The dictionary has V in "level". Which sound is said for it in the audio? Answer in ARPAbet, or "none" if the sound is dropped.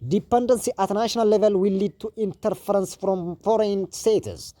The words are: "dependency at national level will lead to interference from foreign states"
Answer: V